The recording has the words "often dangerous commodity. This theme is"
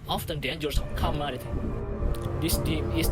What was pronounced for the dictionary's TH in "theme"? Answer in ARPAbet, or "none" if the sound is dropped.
T